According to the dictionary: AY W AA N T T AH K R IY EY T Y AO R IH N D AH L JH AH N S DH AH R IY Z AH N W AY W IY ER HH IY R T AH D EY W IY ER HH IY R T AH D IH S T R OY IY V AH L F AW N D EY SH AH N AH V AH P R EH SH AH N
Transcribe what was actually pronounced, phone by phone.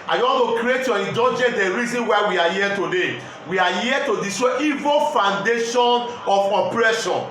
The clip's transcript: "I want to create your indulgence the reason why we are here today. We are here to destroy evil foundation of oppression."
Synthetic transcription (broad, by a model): AY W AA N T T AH K R IY EY T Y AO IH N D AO JH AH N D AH R IY Z AH N W AY W IY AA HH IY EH T AH D EY W IY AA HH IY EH T AH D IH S T IY V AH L F AW N D EY SH AH N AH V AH P R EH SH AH N